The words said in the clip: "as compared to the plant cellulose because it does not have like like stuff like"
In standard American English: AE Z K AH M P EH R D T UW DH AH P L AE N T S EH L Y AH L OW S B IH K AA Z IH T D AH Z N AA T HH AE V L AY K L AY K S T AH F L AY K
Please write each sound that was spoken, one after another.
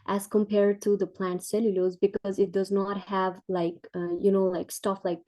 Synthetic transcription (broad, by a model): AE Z K AH M P EH R D T UW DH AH P L AE N T S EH L Y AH L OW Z B IH K AA Z IH T D AH Z N AA T HH AE V L AY K L AY K S T AH F L AY K